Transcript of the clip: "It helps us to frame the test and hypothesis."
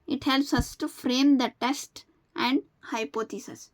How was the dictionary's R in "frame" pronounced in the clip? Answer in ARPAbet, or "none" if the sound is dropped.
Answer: R